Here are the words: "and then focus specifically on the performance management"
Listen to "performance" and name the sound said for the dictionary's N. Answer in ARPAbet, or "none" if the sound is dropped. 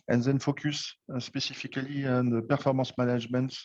none